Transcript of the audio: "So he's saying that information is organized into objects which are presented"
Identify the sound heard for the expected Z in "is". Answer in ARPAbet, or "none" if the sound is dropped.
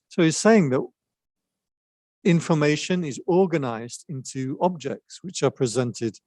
Z